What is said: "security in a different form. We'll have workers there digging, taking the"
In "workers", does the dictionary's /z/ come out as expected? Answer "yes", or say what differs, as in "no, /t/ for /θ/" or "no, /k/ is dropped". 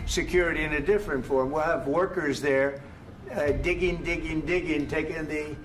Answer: yes